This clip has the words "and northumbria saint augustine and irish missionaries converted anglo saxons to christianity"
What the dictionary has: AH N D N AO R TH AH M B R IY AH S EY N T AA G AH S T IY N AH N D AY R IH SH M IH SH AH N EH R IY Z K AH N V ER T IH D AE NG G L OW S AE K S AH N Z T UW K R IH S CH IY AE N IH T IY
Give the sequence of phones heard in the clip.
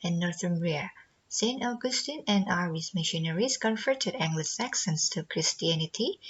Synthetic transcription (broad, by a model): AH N N AO R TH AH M R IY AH S EY N T AA G AH S T IY N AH N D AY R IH S M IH SH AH N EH R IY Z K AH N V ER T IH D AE NG G L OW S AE K S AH N S T UW K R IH S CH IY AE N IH T IY